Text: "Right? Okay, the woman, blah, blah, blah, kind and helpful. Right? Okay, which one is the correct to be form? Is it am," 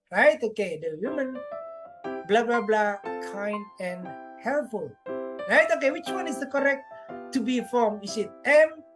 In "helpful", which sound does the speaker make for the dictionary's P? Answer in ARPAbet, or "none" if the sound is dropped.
none